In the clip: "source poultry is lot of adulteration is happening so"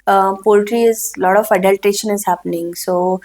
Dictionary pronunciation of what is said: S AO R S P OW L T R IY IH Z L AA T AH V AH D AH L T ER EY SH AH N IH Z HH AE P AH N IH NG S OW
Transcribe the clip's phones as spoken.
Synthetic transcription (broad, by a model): P OW L T R IY IH Z L AA T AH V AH D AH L T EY SH AH N IH Z HH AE P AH N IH NG S OW